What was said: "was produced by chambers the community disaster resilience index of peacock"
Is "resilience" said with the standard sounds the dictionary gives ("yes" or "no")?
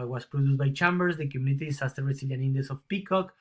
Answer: no